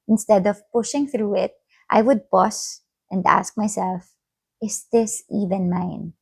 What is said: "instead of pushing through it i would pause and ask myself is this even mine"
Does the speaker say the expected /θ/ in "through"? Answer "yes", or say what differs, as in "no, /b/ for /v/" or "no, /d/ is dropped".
yes